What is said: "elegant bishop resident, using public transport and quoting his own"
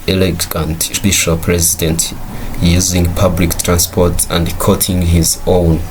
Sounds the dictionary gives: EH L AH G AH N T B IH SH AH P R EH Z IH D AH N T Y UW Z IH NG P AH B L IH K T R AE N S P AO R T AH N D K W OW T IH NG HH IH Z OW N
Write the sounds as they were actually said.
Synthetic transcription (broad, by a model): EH L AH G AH N T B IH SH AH P R EH Z IH D AH N T Y UW Z IH NG P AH B L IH K T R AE N S P AO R T AH N D K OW T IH NG HH IH Z OW N